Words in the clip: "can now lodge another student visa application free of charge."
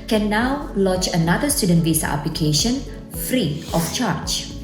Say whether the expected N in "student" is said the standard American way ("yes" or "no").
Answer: yes